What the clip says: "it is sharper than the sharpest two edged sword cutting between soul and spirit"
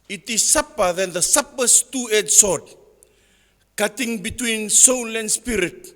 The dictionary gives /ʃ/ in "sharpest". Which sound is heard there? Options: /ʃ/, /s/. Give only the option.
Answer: /s/